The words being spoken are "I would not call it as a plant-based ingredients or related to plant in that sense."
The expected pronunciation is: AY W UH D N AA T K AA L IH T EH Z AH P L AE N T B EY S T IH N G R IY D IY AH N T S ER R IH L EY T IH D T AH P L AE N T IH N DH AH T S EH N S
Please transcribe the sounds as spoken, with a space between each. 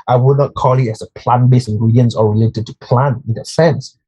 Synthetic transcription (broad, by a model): AY W UH D N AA T K AA L IH T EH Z AH P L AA N B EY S IH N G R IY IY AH N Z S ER R IH L EY T IH D T AH P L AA N IH N DH AH T S EH N S